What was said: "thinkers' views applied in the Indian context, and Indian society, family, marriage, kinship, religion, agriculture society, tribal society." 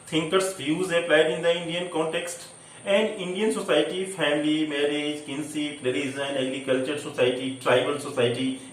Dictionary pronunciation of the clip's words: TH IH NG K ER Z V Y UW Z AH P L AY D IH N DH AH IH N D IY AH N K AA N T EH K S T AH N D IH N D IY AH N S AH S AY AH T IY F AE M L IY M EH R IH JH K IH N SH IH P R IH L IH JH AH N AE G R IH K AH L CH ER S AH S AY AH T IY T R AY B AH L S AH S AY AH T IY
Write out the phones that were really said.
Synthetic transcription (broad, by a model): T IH NG K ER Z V Y UW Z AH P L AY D IH N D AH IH N D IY AH N K AA N T EH K S T AH N D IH N D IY AH N S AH S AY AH T IY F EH M L IY M EH R IH JH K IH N S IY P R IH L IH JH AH N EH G R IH K AH L CH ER S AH S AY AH T IY T R AY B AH L S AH S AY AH T IY